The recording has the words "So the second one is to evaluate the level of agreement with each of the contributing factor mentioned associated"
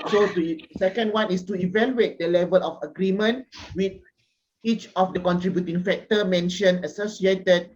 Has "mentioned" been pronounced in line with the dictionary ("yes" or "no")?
no